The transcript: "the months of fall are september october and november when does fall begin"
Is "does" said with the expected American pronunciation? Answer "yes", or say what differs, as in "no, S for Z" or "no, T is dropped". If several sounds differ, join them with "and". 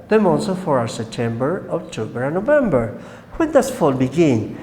no, S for Z